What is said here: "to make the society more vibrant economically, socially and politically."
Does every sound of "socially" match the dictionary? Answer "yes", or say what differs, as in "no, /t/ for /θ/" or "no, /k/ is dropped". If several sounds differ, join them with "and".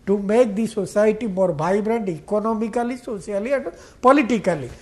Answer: no, /s/ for /ʃ/